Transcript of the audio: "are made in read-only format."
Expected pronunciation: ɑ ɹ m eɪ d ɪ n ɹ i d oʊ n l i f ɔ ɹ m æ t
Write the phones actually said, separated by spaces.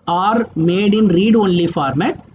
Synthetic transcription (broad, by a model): ɑ ɹ m eɪ d ɪ n ɹ i d oʊ n l i f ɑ ɹ m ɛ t